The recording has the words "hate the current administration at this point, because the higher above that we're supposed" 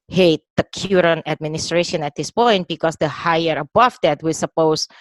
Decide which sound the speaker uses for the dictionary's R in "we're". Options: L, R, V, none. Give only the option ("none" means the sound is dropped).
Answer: L